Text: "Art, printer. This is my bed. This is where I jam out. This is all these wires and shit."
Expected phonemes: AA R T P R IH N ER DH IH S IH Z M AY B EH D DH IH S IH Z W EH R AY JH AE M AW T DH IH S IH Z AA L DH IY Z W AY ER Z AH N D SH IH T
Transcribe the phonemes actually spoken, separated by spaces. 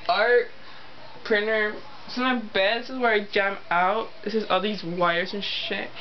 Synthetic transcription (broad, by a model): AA R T P R IH N ER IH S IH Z M AY B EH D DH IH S IH Z W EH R AY JH AE M AW T DH IH S IH Z AA L DH IY Z W AY ER Z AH N SH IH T